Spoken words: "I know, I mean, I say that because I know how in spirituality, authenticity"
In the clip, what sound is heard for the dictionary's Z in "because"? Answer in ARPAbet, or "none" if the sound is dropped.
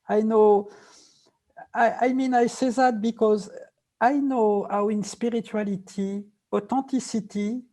Z